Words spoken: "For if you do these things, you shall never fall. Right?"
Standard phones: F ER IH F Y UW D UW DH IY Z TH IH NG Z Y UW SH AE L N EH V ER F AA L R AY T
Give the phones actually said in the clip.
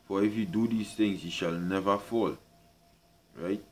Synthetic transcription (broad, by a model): F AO IH F Y UW D UW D IY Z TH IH NG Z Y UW SH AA L N EH V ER F AA L R AY T